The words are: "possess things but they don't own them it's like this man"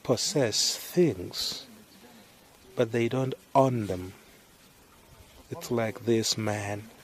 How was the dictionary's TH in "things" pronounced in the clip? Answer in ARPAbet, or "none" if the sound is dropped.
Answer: TH